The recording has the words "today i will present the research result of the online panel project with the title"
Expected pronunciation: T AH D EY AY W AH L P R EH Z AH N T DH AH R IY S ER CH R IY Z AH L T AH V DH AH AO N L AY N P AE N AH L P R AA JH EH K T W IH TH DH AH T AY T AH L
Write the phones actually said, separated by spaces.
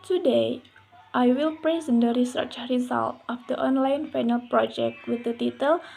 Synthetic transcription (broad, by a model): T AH D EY AY W AH L P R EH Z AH N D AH R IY S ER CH R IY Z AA L T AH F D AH AO N L AY N F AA N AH L P R AA JH EH K T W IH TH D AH T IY T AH L